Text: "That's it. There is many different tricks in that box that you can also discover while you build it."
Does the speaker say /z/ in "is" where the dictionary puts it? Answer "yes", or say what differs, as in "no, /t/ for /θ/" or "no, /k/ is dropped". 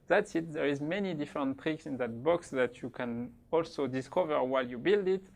yes